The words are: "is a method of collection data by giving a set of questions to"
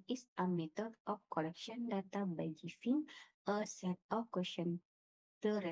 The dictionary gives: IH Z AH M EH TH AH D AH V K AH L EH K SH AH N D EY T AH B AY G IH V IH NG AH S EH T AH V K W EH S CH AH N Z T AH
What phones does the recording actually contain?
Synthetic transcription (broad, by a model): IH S AH M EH T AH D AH F K AH L EH K SH AH N D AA T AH B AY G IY F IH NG AH S EH T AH F K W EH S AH N T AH